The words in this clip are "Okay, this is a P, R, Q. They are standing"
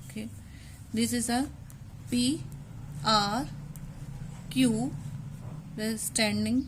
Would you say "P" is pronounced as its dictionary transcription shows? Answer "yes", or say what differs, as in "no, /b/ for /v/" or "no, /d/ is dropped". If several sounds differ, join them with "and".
yes